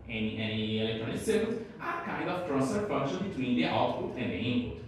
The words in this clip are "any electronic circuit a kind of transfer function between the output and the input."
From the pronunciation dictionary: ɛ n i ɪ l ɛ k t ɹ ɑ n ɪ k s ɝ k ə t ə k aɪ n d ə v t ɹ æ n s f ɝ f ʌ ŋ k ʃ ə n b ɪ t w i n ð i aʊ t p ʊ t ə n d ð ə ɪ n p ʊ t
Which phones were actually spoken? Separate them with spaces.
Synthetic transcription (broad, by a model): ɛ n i ɪ l ɛ k t ɹ ɑ n ɪ k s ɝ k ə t ə k aɪ n d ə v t ɹ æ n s ɝ f ʌ ŋ k ʃ ə n b ɪ t w i n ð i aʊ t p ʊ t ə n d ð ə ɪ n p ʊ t